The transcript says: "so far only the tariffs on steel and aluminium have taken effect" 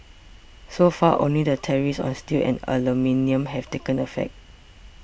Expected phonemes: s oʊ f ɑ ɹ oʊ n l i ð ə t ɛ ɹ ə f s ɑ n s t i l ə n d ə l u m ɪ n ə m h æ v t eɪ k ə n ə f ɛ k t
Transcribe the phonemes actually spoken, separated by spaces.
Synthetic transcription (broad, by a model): s oʊ f ɑ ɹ oʊ n l i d ə t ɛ ɹ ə s ɑ n s t i l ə n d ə l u m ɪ n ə m h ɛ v t eɪ k ə n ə f ɛ k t